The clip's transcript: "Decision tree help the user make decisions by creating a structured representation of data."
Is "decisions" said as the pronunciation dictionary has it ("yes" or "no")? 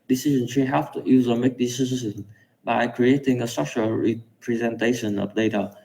no